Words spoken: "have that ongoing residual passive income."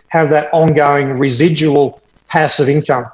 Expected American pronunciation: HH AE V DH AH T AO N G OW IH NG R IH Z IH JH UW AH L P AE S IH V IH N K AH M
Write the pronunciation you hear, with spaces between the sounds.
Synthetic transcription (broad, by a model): HH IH V DH AH T AO N G OW IH NG R IH Z IH JH UW AH L P AE S IH V IH N K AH M